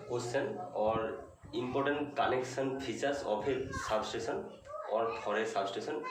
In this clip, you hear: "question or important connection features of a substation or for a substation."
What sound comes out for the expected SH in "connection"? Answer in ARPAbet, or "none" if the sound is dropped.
S